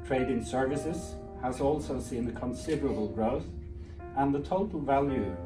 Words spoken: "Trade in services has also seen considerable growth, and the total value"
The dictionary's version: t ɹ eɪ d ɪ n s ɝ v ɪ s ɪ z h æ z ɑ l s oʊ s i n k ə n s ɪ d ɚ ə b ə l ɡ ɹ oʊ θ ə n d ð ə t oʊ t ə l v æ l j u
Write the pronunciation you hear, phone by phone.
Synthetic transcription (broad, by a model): t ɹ eɪ d ɪ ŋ s ɝ v ɪ s ɪ z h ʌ z ɑ l s oʊ s i n k ə n s ɪ d ɚ ə b ə l ɡ ɹ oʊ θ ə n ð ə t oʊ t ə l v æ l j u